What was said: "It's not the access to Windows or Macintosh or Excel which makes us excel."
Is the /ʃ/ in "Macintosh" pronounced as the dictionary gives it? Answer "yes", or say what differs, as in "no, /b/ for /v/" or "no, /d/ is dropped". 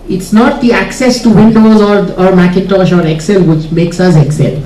yes